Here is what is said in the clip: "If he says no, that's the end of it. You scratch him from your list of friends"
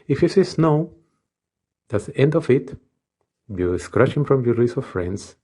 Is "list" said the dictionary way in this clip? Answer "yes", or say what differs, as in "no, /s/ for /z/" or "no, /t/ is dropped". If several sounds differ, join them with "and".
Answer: no, /t/ is dropped